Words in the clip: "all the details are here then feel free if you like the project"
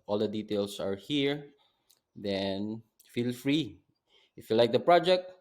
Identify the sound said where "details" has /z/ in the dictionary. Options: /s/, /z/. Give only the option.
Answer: /s/